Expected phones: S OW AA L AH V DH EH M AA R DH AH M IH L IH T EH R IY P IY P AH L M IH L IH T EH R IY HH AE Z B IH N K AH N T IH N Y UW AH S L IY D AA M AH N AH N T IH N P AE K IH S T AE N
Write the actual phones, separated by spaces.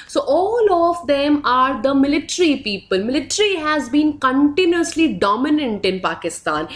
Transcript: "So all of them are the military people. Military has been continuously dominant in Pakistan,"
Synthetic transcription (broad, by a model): S OW AA L AH V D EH M AA R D AH M IH L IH T R IY P IY P AH L M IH L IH T R IY HH AE Z B IH N K AH N T IH N Y UW AH S L IY D AA M AH N AH N T IH N P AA K IH S T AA N